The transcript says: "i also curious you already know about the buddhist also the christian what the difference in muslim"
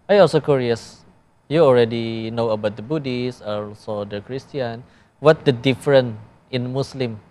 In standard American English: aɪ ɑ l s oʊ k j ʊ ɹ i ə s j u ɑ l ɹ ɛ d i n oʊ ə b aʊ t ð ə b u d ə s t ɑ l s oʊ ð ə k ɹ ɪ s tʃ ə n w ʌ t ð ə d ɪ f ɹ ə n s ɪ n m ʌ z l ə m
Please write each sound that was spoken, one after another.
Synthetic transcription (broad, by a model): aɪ ɑ l s oʊ k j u ɹ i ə s j u ɑ l ɹ ɛ d i n oʊ ə b aʊ t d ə b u d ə s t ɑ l s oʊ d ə k ɹ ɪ s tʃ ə n w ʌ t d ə d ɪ f ɹ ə n ɪ n m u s l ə m